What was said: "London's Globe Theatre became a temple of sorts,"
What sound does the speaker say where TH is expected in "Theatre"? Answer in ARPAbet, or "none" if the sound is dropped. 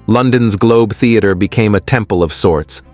TH